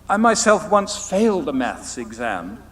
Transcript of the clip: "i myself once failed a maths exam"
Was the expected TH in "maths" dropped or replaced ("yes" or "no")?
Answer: no